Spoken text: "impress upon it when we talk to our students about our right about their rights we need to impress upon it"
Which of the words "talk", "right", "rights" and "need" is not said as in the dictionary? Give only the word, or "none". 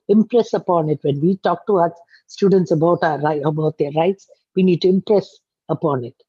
right